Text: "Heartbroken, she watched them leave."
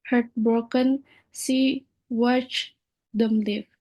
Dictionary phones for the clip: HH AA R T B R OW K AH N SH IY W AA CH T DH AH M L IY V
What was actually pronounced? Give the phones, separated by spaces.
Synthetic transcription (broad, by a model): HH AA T B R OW K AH N S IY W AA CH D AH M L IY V